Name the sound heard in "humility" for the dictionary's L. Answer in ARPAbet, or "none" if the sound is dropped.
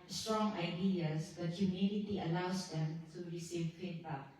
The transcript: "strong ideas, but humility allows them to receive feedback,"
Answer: N